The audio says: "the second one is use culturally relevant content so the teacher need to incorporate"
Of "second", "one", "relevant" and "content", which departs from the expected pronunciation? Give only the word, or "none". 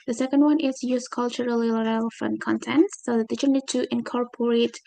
relevant